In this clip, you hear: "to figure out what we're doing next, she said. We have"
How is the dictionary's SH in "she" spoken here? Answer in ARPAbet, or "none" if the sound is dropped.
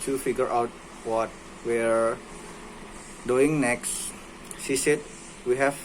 S